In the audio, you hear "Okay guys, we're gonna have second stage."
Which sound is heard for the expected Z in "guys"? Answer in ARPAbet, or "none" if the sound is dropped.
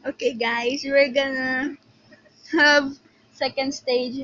S